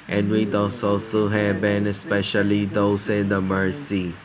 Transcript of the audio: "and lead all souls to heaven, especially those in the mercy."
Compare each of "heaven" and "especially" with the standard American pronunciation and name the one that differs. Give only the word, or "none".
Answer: heaven